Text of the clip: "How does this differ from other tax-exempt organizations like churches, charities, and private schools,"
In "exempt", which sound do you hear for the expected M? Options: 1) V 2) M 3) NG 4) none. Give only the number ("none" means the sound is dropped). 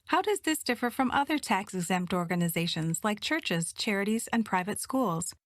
2